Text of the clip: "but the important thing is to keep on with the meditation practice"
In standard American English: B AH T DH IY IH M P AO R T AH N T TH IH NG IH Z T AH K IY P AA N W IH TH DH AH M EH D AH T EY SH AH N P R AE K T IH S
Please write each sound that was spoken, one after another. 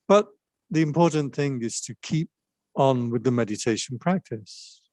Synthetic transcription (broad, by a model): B AH T DH IY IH M P AO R T N TH IH NG IH Z T AH K IY P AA N W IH DH AH M EH D AH T EY SH AH N P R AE K T IH S